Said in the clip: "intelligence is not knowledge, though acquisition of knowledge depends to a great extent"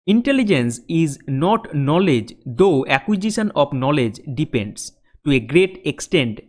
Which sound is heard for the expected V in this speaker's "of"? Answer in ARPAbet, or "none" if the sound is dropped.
P